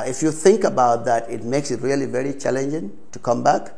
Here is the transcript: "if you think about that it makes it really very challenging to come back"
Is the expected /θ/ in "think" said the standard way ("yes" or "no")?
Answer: yes